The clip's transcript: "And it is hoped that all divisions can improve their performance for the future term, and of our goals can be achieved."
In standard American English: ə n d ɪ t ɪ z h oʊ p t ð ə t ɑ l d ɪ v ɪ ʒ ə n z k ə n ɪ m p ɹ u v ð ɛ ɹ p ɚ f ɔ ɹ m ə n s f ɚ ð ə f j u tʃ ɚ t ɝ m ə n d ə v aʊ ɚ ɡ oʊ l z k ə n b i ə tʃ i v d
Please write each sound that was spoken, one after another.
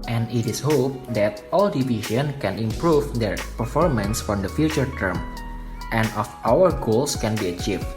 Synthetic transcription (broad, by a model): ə n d ɪ t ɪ s h oʊ p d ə t ɑ l d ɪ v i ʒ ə n k ə n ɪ m p ɹ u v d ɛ ɹ p ɚ f ɔ ɹ m ə n s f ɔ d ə f j u tʃ ɚ t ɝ m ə n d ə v aʊ ɚ ɡ oʊ l s k ə n b i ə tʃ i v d